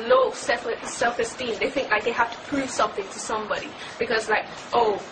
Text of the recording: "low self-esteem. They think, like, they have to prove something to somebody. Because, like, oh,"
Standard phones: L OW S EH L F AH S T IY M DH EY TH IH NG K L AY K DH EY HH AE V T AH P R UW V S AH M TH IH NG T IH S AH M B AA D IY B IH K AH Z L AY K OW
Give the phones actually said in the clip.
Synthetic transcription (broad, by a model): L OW S EH L F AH S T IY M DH EY TH IH NG K L AY K DH EY HH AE F T AH P R UW V S AH M TH IH NG T IH S AH M B AA D IY B IH K AH Z L AY K OW